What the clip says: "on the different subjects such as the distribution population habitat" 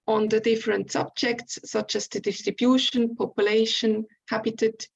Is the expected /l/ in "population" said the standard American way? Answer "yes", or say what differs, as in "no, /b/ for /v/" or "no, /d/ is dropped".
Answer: yes